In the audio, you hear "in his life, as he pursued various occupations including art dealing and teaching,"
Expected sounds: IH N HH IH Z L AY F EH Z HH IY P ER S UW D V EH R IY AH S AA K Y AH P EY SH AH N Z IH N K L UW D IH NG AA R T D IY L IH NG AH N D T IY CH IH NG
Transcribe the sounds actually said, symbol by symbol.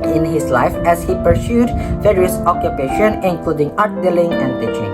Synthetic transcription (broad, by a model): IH N HH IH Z L AY F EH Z HH IY P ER S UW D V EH R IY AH S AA K Y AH P EY SH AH N IH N K L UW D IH NG AA R T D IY L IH NG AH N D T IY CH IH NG